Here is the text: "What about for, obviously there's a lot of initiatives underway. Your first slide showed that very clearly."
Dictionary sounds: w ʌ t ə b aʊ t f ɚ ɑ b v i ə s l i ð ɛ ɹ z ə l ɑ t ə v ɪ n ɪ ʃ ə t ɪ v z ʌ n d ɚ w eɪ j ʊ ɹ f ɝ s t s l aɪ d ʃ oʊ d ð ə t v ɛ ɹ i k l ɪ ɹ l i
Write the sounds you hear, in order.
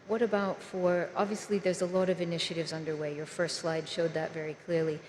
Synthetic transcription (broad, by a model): w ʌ t ə b aʊ t f ɚ ɑ b v i ə s l i ð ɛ ɹ z ə l ɑ t ə v ɪ n ɪ ʃ ə t ɪ v z ʌ n d ɚ w eɪ j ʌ ɹ f ɝ s t s l aɪ d ʃ oʊ d ð ə t v ɛ ɹ i k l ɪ ɹ l i